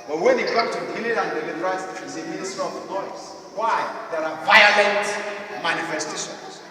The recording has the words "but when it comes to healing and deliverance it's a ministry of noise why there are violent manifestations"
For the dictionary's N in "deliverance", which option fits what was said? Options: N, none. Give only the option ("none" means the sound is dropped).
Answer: none